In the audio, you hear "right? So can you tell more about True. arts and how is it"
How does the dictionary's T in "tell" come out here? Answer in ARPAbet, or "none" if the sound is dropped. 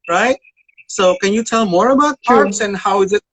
T